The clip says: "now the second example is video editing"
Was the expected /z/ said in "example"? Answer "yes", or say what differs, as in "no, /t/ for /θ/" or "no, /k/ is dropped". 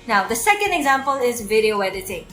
yes